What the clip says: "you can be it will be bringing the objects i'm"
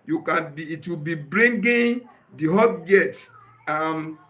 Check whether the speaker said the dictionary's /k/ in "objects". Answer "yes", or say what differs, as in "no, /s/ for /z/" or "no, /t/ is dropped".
no, /k/ is dropped